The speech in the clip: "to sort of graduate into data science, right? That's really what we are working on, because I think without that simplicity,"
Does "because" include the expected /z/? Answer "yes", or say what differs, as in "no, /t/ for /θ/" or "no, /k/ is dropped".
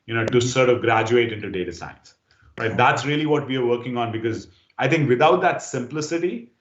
yes